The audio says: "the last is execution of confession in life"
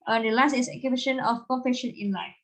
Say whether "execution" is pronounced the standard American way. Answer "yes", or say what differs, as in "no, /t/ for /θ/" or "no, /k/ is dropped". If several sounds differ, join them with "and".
no, /s/ is dropped